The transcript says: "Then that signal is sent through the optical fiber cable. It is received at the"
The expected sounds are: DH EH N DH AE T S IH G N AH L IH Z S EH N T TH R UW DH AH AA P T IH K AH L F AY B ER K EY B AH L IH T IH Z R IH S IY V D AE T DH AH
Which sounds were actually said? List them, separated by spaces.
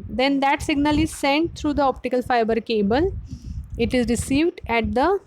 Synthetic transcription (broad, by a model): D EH N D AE T S IH G N AH L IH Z S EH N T T R UW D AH AA P T IH K AH L F AY B ER K EY B AH L IH T IH Z R IH S IY V D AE T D AH